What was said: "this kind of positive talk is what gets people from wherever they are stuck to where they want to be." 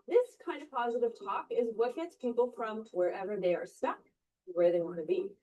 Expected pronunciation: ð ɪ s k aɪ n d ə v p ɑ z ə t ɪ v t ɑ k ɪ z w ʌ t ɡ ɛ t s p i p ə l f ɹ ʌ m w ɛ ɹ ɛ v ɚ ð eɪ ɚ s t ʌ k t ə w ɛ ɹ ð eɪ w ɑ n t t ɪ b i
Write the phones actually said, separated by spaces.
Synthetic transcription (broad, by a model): ð ɪ s k aɪ n d ə v p ɑ z ə t ɪ v t ɑ k ɪ z w ʌ t ɡ ɛ t s p i p l f ɹ ʌ m w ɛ ɹ ɛ v ɚ ð eɪ ɚ s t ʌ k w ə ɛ ɹ ð eɪ w ɑ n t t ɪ b i